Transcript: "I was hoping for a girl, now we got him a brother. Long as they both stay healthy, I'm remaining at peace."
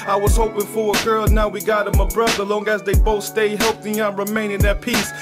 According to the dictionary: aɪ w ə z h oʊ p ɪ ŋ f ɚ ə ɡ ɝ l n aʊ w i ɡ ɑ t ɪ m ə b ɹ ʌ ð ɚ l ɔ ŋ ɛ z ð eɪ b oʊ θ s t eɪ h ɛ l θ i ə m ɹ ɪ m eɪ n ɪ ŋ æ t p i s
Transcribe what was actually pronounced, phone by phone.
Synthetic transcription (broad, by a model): aɪ w ə z h oʊ p ɪ ŋ f ɚ ə ɡ ɝ l n aʊ w i ɡ ɑ t ɪ m ə b ɹ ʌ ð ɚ l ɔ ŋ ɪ z ð eɪ b oʊ θ s t eɪ h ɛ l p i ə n ɹ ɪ m eɪ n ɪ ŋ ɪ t p i s